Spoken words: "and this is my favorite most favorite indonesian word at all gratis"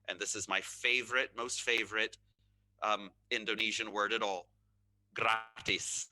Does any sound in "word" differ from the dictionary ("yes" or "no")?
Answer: no